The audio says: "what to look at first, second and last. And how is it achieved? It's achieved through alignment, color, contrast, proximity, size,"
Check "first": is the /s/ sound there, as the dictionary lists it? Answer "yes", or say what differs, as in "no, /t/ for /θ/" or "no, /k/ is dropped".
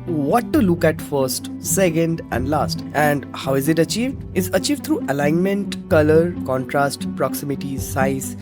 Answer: yes